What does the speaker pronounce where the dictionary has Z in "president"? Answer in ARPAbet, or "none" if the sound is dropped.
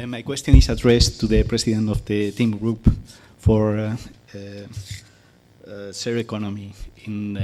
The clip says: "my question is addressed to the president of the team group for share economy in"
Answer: S